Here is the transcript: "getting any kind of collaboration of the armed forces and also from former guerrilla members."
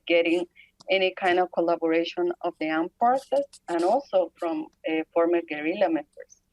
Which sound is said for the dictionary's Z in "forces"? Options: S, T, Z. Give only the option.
S